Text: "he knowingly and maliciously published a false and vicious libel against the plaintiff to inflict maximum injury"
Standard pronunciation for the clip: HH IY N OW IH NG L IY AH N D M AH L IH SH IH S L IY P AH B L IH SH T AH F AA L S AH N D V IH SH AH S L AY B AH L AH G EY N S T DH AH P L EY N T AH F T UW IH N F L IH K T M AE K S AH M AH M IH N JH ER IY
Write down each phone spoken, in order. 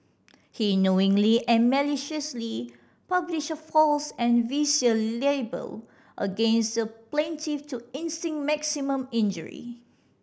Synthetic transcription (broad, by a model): HH IY N OW IH NG L IY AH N M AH L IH SH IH S L IY P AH B L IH SH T AH F AA L S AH N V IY S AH L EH B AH L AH G EY N S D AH P L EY N T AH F T UW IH N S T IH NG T M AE K S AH M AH M IH N JH ER IY